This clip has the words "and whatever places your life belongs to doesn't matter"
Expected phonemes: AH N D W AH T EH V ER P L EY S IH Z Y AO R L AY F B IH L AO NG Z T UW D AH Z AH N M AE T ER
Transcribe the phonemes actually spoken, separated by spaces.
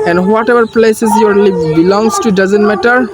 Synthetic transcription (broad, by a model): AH N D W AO T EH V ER P L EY S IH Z Y AO R L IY P B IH L AO NG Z T UW D AH Z AH N M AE T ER